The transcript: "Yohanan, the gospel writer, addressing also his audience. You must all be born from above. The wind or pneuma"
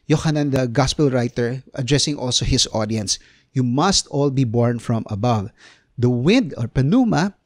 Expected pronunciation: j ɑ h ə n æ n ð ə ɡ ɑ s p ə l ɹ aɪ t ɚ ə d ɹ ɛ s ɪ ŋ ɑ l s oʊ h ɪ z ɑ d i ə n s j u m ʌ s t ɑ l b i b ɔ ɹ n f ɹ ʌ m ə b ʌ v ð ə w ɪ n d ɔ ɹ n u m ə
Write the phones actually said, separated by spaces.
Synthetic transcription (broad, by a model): j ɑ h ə n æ n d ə ɡ ɑ s p ə l ɹ aɪ t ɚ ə d ɹ ɛ s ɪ ŋ ɑ l s oʊ h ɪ s ɑ d i ə n s j u m ʌ s t ɑ l b i b ɔ ɹ n f ɹ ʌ m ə b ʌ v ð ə w ɪ n d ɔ ɹ n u m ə